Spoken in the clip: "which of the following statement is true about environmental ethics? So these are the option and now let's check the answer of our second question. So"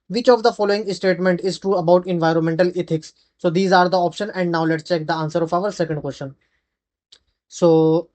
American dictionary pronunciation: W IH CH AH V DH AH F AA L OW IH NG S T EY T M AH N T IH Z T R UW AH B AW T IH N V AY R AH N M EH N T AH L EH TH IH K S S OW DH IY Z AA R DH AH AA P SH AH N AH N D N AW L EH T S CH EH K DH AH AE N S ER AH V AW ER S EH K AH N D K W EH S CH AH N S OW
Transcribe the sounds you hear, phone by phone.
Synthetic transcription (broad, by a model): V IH CH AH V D AH F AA L OW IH NG S T EY T M AH N T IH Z T R UW AH B AW T IH N V AY R AH N M EH N T AH L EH T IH K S S OW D IY Z AA R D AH AA P SH AH N AH N D N AW L EH T S CH EH K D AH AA N S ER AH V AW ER S EH K AH N D K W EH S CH AH N S OW